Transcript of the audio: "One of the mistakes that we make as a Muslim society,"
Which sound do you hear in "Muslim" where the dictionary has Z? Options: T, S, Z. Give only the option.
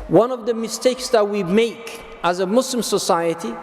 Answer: S